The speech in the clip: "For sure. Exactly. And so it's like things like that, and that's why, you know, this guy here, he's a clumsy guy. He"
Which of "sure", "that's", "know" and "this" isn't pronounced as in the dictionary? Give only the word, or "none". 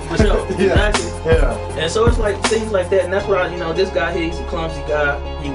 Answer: sure